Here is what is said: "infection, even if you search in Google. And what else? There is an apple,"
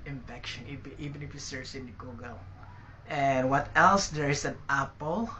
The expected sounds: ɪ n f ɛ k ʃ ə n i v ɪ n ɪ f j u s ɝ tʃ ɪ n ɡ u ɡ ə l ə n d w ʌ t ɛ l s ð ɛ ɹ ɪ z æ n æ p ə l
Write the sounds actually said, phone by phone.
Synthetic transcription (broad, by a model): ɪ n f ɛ k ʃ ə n i v ɪ n ɪ f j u s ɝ s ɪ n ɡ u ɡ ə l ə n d w ʌ t ɛ l s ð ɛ ɹ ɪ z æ n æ p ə l